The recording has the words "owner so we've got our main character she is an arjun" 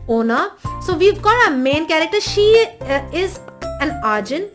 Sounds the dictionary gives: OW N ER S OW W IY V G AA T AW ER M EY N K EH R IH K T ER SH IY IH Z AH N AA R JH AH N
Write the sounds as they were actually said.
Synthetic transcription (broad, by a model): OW N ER S OW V IY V G AA T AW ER M EY N K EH R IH K T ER SH IY IH Z AH N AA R JH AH N